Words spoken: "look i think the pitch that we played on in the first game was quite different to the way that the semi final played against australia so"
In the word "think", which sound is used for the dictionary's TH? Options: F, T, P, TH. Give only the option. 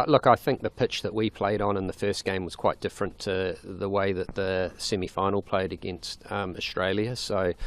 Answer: TH